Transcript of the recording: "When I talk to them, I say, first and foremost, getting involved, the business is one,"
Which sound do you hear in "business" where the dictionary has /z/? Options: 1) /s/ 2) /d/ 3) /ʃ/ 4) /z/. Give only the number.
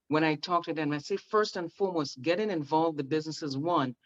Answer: 4